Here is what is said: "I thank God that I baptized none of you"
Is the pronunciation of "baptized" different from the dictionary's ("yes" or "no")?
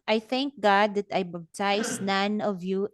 yes